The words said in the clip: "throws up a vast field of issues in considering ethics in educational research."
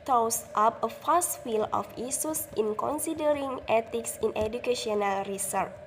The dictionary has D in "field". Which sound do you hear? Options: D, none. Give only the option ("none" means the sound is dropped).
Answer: none